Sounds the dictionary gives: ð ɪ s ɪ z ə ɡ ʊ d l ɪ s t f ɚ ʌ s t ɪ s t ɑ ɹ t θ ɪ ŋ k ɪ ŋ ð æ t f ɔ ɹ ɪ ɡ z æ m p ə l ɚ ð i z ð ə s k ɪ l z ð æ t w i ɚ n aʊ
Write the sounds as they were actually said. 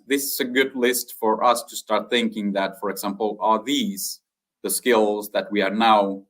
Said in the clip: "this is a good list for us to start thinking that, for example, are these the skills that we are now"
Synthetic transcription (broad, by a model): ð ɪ s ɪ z ə ɡ ʊ d l ɪ s t f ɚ ʌ s t ɪ s t ɑ ɹ t θ ɪ ŋ k ɪ ŋ ð æ t f ɔ ɹ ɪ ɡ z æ m p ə l ɚ ð i z ð ə s k ɪ l z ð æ t w i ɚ n aʊ